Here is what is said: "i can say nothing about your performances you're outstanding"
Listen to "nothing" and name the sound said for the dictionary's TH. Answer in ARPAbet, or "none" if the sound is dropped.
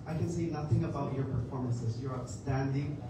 TH